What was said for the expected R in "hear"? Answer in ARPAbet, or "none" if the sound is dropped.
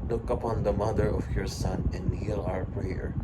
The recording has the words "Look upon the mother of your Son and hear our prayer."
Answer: L